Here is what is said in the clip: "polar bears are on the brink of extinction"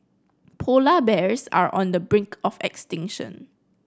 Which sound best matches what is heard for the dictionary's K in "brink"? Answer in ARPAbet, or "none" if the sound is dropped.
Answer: K